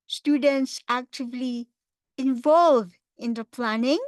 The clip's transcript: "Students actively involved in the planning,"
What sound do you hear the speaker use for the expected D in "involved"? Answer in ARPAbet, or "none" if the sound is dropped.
none